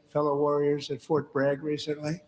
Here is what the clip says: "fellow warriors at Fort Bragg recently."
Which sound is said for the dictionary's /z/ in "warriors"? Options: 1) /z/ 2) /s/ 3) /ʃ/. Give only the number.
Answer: 1